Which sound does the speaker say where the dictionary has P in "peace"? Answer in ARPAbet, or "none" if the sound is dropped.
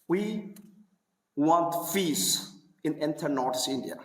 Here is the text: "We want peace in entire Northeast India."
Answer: F